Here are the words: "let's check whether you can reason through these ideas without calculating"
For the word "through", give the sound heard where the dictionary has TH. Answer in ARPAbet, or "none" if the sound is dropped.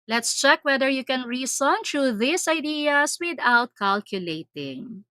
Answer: T